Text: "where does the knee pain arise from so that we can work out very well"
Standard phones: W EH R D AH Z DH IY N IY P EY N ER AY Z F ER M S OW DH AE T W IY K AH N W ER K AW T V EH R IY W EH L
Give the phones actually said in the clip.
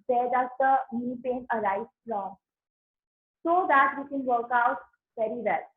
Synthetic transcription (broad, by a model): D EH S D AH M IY N IY P EY N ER AY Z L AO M S OW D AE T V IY K AH N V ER K AW T V EH R IY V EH L